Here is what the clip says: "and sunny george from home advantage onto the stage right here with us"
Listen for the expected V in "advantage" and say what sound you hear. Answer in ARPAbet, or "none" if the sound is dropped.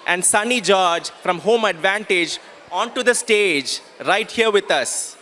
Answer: V